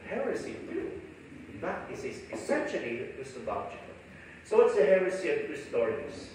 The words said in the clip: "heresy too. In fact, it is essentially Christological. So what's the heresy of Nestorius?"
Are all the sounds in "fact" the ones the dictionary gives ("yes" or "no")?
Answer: no